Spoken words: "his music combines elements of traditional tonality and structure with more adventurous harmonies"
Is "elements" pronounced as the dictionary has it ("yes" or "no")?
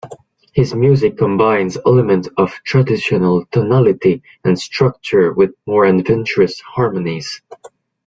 no